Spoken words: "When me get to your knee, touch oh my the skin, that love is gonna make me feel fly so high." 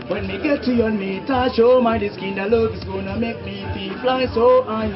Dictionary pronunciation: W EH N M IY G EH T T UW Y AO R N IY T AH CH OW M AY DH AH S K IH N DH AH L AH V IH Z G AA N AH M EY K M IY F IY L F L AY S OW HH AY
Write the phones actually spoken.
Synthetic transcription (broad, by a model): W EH N M IY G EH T T UW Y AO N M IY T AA SH OW M AY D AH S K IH N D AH L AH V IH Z G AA N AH M EY K M IY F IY F L AY S OW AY